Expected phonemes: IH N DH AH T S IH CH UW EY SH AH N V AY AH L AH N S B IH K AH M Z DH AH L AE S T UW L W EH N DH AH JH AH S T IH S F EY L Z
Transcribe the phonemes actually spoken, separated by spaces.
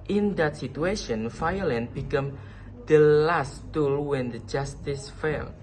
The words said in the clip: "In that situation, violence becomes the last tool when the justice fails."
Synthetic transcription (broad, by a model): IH N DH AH T S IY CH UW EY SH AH N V AY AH L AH N B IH K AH M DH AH L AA S T UW L W EH N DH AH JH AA S T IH S F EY L